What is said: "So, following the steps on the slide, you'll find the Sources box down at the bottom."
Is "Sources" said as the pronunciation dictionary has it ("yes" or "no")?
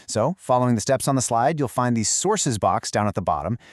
yes